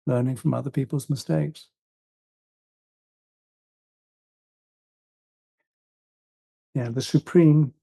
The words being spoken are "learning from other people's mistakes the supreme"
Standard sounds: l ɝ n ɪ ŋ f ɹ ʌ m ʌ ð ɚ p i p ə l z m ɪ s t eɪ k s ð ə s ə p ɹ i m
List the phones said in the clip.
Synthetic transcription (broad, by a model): l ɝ n ɪ ŋ f ɹ ʌ m ʌ ð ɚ p i p ə l z m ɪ s t eɪ k s ð ə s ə p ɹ i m